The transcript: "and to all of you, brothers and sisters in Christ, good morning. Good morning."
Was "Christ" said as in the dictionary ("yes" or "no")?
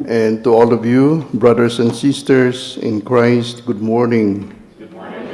yes